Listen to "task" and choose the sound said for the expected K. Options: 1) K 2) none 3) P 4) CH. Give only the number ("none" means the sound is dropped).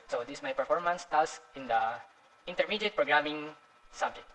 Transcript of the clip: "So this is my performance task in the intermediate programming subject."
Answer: 2